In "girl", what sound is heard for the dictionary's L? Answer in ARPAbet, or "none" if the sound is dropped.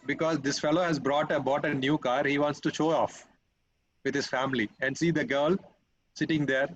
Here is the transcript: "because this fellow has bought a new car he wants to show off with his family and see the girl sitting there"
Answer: L